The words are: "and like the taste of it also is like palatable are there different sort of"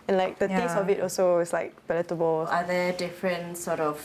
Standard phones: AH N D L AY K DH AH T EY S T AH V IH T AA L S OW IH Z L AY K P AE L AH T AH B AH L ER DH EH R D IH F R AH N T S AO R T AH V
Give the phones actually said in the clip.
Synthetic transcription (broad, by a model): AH N L AY K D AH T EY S AH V IH T AA L S OW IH S L AY K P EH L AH T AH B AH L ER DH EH D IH F R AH N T S AO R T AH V